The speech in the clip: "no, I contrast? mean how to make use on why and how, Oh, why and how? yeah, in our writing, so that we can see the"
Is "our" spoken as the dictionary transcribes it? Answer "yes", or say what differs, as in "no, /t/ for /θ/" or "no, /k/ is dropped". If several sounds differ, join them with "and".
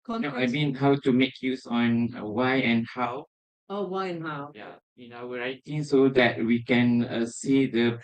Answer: no, /w/ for /ɹ/